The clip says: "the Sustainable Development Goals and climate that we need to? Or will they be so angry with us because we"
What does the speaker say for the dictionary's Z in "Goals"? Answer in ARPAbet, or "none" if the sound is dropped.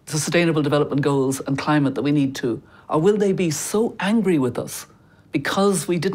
Z